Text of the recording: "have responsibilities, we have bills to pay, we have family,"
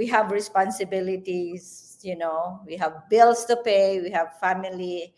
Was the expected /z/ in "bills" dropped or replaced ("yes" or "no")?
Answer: yes